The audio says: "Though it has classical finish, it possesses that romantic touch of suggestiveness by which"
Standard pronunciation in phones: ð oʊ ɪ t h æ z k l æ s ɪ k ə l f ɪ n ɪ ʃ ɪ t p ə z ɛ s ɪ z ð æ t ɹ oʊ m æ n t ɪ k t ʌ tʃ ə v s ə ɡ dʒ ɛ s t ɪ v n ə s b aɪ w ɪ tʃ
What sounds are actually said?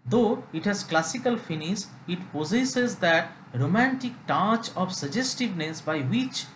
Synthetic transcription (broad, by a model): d oʊ ɪ t h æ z k l æ s ɪ k ə l f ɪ n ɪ s ɪ t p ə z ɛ s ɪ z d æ t ɹ oʊ m æ n t ɪ k t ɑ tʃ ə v s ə dʒ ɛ s t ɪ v n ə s b aɪ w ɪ tʃ